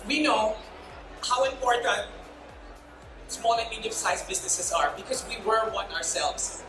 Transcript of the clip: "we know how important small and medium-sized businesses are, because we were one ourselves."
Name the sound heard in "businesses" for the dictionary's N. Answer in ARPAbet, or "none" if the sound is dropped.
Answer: N